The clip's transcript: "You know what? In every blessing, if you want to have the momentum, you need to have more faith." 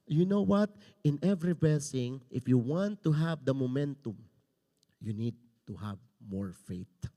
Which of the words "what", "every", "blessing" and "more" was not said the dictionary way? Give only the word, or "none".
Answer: blessing